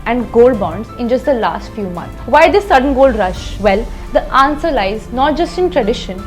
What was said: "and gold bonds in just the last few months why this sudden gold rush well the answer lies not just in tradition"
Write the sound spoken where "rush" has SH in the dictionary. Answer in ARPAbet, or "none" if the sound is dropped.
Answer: SH